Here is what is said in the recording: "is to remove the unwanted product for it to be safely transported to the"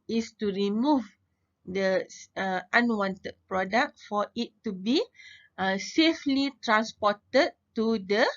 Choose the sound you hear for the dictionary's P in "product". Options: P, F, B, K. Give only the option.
P